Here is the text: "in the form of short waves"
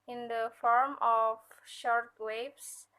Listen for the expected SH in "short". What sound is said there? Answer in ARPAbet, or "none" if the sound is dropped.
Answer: SH